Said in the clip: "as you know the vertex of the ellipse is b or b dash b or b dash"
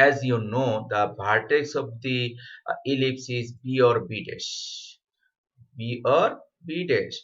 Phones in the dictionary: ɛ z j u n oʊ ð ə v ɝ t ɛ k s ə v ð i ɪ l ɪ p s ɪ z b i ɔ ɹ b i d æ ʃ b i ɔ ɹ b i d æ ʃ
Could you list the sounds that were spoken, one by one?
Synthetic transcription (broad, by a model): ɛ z j u n oʊ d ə b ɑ t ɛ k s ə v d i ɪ l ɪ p s ɪ z b i ɔ ɹ b i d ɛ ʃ b i ɔ ɹ b i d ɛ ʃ